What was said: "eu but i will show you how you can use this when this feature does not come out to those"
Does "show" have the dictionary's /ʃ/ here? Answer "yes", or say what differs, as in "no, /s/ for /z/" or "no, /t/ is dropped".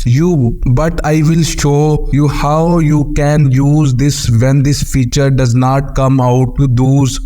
yes